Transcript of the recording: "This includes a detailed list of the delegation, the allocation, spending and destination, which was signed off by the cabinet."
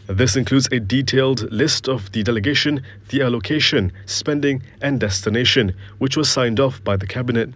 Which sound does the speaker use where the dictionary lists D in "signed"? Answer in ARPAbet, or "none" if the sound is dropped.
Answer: D